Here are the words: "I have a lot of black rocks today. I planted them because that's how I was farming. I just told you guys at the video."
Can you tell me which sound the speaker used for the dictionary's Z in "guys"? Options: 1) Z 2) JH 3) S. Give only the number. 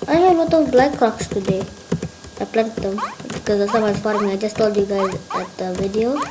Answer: 1